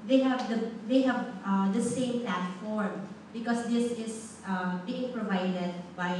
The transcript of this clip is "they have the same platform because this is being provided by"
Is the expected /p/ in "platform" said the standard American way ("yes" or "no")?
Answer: yes